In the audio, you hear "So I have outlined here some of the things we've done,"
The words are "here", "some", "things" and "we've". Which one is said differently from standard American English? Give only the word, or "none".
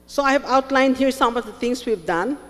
things